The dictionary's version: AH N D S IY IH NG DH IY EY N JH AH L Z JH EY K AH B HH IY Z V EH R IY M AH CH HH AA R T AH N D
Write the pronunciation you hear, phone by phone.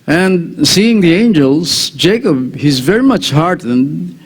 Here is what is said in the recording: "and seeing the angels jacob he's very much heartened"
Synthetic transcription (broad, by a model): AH N D S IY IH NG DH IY EY N JH AH L Z JH EY K AH B HH IY Z V EH R IY M AH CH HH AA R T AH N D